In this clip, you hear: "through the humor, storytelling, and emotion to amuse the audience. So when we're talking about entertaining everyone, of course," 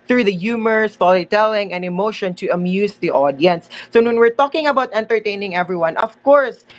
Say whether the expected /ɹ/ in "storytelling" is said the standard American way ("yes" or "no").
no